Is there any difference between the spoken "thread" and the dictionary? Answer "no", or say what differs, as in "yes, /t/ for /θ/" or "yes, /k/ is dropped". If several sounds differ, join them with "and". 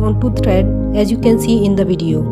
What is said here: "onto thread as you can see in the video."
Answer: yes, /t/ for /θ/